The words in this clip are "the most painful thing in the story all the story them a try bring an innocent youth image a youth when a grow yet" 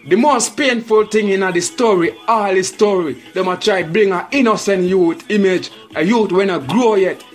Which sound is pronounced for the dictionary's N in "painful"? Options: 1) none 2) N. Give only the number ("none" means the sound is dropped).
2